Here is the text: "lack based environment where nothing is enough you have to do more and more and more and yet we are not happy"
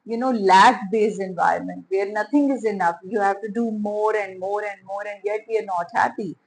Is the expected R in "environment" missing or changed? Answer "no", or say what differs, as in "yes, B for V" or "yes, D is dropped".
no